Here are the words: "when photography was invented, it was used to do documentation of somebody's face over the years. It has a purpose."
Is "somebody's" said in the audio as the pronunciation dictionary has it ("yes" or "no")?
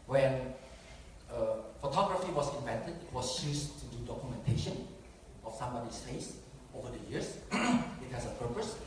no